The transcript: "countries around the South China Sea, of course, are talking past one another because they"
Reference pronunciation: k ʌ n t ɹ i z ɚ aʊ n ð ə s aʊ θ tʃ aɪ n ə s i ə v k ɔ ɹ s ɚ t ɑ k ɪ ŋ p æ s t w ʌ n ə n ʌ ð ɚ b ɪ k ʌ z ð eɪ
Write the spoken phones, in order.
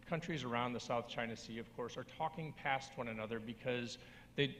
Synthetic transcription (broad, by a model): k ʌ n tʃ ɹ i z ɚ aʊ n ð ə s aʊ θ tʃ aɪ n ə s i ə v k ɔ ɹ s ɚ t ɑ k ɪ ŋ p æ s t w ʌ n ə n ʌ ð ɚ b ɪ k ʌ z ð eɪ